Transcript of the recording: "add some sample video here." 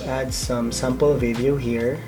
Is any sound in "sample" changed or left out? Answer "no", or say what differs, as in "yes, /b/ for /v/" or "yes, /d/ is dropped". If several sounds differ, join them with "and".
no